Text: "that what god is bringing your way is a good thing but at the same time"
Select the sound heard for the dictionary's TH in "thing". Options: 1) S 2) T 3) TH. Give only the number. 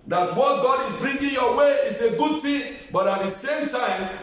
2